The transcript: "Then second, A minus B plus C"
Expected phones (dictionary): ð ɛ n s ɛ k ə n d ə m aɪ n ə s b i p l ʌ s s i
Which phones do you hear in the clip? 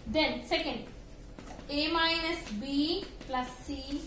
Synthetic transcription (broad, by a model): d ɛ n s ɛ k ə n d ə m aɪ ə s b i p l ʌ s s i